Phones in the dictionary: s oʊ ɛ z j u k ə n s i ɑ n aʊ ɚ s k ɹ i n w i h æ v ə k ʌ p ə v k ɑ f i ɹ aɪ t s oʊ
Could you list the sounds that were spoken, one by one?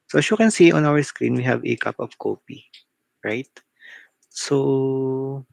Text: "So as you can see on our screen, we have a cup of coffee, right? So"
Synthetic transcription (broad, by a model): s oʊ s j u k ə n s i ɑ n aʊ ɚ s k ɹ i n w i h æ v ə k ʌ p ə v k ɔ p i ɹ aɪ t s oʊ